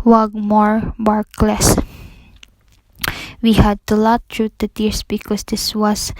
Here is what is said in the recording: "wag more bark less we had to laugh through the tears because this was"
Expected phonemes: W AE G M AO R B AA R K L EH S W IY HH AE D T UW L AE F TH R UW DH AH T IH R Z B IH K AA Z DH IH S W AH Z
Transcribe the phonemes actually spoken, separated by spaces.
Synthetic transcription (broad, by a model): W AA G M AO R B AA R K L EH S W IY HH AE D T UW L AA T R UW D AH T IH R S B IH K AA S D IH S W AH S